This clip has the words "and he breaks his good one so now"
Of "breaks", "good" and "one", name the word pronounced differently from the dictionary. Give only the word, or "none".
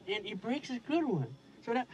none